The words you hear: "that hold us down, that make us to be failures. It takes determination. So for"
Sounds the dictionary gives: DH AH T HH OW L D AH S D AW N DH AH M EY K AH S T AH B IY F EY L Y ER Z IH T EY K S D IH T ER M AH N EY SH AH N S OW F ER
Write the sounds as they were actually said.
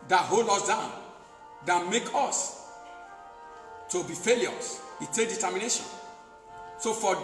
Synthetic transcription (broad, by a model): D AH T HH OW L D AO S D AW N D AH M EY K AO S T AH B IY F EY L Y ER S IH T EY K D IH T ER M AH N EY SH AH N S OW F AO